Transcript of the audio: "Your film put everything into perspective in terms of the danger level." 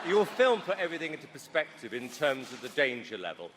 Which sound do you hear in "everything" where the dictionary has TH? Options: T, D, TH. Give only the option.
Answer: TH